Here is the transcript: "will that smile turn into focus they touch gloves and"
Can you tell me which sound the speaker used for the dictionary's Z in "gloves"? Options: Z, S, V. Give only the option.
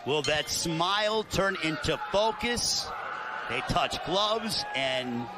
Z